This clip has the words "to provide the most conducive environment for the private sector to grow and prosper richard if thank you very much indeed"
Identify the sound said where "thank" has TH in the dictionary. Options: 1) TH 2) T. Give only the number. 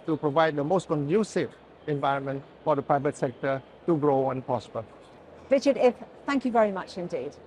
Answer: 1